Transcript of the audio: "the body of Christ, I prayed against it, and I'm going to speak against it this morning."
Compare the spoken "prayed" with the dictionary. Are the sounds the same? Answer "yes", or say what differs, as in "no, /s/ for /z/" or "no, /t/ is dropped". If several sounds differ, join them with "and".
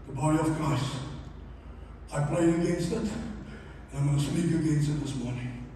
no, /l/ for /ɹ/